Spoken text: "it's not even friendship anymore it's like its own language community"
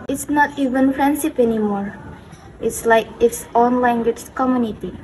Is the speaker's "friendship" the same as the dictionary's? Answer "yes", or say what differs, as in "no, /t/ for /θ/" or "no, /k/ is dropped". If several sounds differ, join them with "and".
no, /s/ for /ʃ/